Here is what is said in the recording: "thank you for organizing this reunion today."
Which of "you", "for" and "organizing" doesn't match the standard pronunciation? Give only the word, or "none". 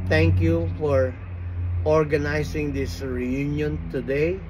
organizing